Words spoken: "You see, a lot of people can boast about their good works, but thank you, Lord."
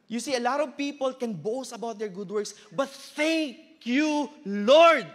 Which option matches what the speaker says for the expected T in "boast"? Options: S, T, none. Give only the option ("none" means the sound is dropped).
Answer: none